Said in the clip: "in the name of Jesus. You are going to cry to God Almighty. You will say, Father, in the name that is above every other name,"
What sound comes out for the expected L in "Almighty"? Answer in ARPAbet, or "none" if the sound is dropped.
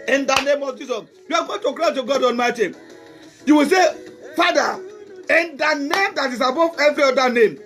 N